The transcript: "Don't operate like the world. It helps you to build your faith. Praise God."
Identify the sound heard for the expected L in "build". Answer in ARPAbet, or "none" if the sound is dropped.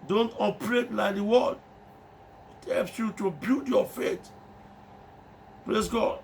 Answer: none